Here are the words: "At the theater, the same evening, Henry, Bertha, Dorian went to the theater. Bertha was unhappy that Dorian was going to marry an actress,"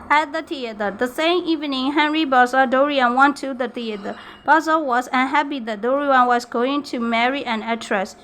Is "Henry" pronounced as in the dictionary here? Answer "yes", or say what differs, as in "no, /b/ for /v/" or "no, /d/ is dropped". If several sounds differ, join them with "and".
yes